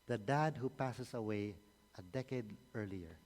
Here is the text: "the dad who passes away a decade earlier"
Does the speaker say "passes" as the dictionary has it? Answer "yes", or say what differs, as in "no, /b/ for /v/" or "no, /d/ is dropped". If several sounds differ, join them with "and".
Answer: no, /s/ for /z/